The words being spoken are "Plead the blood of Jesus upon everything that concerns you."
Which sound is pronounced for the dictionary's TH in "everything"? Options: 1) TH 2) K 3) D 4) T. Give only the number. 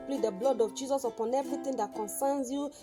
4